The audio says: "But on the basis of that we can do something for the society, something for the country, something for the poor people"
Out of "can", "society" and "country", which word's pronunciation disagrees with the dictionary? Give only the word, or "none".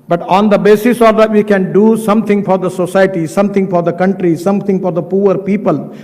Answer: none